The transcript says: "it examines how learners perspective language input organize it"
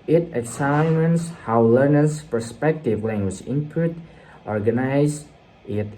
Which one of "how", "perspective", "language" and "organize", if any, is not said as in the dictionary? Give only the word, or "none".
none